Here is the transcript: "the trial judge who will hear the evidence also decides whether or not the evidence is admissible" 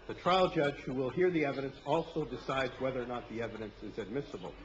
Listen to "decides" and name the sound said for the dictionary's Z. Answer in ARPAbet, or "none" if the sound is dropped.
Z